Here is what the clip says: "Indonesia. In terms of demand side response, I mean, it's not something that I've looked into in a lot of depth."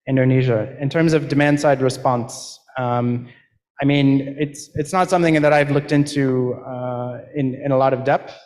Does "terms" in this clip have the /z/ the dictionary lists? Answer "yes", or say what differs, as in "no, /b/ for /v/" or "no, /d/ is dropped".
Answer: yes